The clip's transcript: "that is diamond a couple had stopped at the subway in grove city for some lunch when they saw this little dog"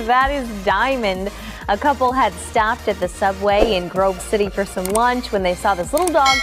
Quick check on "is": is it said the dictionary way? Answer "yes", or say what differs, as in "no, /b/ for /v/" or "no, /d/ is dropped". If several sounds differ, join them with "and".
yes